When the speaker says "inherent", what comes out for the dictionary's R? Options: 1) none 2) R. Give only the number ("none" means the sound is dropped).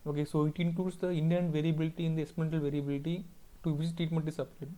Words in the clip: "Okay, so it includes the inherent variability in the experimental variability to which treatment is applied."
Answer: 1